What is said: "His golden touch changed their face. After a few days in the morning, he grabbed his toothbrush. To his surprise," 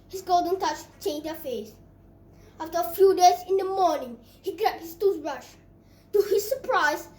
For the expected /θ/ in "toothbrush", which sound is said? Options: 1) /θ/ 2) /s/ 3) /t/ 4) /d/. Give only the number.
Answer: 2